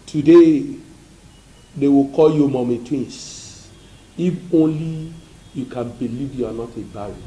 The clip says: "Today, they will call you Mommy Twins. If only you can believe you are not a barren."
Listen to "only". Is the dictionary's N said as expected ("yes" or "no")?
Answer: yes